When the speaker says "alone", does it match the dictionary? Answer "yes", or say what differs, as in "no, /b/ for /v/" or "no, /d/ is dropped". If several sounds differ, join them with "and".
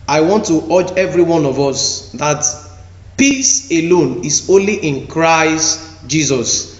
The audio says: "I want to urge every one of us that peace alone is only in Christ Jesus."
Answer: yes